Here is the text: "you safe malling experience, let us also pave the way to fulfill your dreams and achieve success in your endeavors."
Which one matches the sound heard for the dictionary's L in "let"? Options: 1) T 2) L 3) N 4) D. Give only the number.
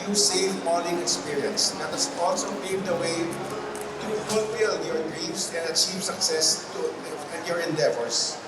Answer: 3